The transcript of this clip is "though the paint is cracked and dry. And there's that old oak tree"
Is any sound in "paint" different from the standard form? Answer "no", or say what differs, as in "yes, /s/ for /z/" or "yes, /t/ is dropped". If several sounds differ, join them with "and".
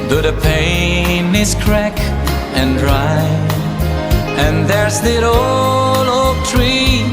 yes, /t/ is dropped